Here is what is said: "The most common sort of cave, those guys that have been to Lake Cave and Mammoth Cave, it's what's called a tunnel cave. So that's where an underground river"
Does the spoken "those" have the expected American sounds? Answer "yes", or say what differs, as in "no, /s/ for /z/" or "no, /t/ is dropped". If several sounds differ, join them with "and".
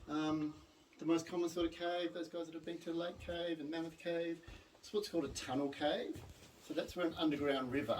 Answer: yes